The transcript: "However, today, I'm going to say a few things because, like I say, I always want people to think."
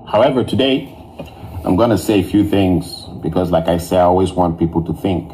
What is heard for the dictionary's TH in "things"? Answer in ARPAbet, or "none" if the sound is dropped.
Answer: TH